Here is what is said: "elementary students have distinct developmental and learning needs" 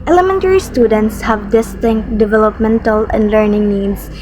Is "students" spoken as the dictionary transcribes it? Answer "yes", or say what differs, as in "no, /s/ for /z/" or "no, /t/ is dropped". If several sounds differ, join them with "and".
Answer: yes